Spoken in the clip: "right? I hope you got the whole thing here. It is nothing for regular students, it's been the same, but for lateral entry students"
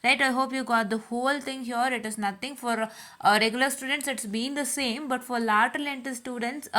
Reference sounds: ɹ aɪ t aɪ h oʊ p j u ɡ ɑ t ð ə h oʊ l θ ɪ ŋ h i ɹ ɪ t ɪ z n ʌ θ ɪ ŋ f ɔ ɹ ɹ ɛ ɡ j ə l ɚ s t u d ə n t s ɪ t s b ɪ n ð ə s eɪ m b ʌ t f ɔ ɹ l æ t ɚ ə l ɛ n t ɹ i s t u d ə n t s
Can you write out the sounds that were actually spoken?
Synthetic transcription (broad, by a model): ɹ aɪ t aɪ h oʊ p j u ɡ ɑ t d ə h oʊ l t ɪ ŋ h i ɹ ɪ t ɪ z n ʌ t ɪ ŋ f ɔ ɹ ɹ ɛ ɡ j ə l ɚ s t u d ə n t s ɪ t s b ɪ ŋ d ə s eɪ m b ʌ t f ɔ ɹ l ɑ t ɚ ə l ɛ n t i s t u d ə n t s